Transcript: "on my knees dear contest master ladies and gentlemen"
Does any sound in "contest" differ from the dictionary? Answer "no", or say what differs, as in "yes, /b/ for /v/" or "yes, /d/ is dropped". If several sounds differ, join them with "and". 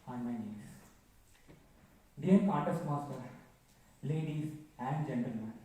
yes, /n/ is dropped